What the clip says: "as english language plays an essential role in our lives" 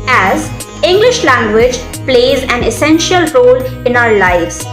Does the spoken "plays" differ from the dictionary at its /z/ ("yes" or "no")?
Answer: no